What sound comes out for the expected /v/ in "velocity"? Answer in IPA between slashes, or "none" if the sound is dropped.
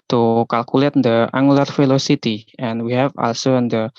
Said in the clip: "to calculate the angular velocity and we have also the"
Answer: /f/